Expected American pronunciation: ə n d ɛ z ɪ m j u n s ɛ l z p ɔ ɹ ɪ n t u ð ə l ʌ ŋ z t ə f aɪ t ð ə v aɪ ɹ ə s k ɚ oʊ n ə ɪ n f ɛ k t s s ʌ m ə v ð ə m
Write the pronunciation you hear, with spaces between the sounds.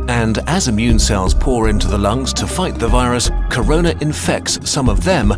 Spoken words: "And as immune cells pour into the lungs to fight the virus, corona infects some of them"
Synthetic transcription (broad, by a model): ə n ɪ z ɪ m j u n s ɛ l z p ɔ ɹ ɪ n t u ð ə l ʌ ŋ z t ə f aɪ t ð ə v aɪ ɹ ə s k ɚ oʊ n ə ɪ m f ɛ k t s s ʌ m ə v ð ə m